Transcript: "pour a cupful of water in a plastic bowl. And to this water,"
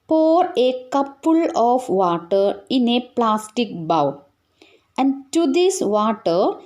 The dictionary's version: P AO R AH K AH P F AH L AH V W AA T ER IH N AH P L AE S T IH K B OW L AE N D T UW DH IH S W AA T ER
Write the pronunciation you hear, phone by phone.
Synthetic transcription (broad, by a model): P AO R AH K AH P AH L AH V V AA T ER IH N AH P L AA S T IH K B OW W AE N D T UW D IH S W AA T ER